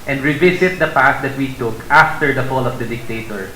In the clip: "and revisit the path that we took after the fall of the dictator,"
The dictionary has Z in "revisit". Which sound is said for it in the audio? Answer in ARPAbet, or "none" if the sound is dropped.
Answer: S